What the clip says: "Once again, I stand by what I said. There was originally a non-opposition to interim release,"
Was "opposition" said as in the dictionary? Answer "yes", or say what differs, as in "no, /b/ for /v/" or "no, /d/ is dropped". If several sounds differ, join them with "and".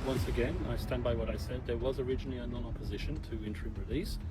yes